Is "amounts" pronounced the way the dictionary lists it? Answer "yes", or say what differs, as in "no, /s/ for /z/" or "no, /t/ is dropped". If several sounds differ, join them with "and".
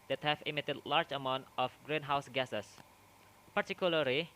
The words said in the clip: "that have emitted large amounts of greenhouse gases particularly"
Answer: no, /s/ is dropped